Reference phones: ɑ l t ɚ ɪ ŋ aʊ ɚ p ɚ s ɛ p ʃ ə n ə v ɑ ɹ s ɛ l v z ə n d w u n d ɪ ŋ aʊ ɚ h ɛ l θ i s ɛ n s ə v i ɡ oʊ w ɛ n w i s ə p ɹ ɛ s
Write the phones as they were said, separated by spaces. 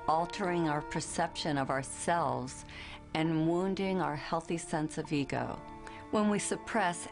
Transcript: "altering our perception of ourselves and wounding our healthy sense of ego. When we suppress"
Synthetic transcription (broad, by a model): ɑ l t ɚ ɪ ŋ aʊ ɚ p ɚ s ɛ p ʃ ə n ə v ɑ ɹ s ɛ l v z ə n w u n d ɪ ŋ aʊ ɚ h ɛ l θ i s ɛ n s ə v i ɡ oʊ w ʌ n w i s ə p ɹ ɛ s